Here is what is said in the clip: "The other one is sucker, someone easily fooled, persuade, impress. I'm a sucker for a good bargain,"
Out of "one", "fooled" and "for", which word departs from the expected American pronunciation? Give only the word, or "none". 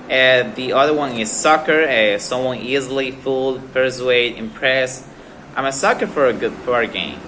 none